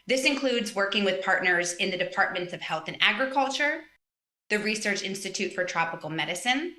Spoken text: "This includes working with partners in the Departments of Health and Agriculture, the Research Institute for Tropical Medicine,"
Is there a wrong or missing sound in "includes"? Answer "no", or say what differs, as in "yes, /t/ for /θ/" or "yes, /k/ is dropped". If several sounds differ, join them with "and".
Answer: no